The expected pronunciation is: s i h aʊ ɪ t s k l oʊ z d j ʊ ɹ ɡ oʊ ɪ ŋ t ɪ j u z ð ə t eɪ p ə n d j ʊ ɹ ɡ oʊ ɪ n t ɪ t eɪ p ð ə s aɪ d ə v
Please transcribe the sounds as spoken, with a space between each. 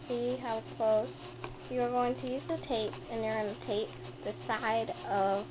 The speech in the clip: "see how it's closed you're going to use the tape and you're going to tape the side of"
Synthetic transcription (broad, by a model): s i h aʊ ɪ t s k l oʊ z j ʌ ɹ ɡ oʊ ɪ ŋ t ɪ j u z ð ə t eɪ p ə n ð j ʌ ɹ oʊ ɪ n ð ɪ t eɪ p ð ə s aɪ d ə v